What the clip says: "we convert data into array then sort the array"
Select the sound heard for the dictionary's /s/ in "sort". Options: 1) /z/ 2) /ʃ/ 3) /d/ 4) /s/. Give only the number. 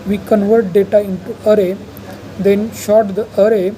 2